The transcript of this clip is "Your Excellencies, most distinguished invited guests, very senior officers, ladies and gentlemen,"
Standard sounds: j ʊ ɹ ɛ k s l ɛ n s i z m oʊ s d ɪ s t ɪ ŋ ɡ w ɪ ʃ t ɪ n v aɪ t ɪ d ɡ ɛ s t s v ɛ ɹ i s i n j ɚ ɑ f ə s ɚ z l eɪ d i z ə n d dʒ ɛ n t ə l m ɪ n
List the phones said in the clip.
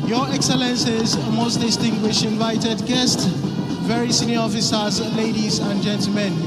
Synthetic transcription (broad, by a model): j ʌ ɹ ɛ k s l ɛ n s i z m oʊ s d ɪ s t ɪ ŋ ɡ w ɪ ʃ t ɪ n v aɪ t ɪ d ɡ ɛ s t s v ɛ ɹ i s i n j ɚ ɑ f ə s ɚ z l eɪ d i z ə n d dʒ ɛ n t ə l m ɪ n